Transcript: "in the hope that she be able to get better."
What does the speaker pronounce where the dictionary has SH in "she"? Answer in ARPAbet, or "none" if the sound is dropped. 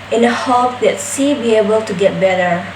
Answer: S